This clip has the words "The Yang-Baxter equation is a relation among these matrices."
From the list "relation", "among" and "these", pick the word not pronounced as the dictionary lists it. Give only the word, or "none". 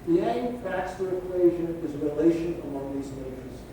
none